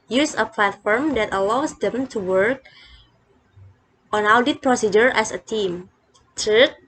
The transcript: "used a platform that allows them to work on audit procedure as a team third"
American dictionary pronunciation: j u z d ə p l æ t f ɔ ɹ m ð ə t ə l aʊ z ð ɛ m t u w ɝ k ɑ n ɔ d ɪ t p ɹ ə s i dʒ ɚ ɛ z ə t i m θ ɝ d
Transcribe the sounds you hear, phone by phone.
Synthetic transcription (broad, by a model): j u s ə p l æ t f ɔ ɹ m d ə t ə l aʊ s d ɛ m t u w ɝ k ɑ n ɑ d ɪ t p ɹ ə s i dʒ ɚ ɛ s ə t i m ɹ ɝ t